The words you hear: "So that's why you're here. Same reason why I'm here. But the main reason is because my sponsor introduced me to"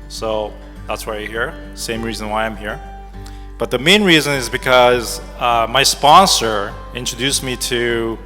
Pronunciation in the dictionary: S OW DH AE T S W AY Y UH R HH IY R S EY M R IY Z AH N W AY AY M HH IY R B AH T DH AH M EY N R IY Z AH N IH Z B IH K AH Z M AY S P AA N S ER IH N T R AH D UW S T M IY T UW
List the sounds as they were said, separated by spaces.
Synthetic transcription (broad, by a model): S OW DH AE T S W AY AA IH HH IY R S EY M R IY Z AH N W AY AY M HH IY R B AH T DH AH M EY N R IY Z AH N IH Z B IH K AH Z M AY S P AA N S ER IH N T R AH D UW S M IY T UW